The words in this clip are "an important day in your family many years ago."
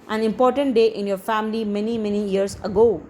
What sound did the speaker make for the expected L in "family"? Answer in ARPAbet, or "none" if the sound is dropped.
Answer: N